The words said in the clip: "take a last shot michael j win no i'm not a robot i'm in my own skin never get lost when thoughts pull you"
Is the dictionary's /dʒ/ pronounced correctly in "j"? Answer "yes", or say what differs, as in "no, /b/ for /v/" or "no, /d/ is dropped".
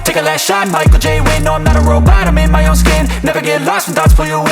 yes